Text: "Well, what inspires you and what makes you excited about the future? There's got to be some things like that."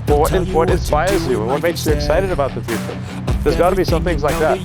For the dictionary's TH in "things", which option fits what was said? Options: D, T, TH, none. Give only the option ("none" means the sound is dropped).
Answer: TH